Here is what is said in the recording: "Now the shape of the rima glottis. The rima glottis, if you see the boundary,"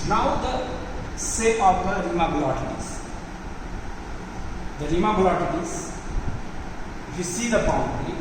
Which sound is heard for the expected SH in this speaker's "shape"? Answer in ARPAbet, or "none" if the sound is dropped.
S